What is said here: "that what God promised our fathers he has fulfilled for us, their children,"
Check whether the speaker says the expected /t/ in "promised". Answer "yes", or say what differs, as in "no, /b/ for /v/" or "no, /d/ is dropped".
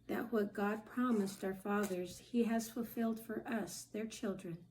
yes